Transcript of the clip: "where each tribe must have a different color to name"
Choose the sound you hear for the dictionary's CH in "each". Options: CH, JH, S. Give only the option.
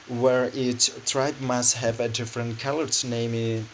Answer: S